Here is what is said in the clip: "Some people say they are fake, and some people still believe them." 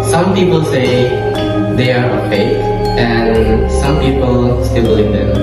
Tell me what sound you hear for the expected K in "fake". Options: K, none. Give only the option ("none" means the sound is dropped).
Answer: none